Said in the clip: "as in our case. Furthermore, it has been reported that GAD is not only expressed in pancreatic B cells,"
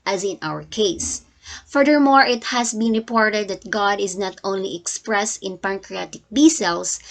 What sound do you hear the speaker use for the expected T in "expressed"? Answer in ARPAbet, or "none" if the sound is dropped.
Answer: T